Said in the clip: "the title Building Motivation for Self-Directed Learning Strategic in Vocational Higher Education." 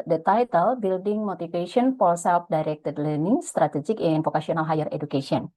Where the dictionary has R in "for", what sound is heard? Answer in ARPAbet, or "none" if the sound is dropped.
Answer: L